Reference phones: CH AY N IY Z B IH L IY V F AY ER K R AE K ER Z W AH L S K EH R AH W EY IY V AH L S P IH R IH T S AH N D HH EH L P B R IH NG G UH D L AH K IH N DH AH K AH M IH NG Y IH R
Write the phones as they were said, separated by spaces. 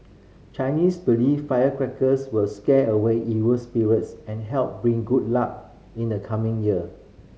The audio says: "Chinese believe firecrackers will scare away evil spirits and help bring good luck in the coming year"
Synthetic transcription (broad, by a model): CH AY N IY S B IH L IY F F AY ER K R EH K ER S W AH L S K EH AH W EY IY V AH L S P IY R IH T S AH N HH EH L P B R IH NG G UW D L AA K IH N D AH K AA M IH NG Y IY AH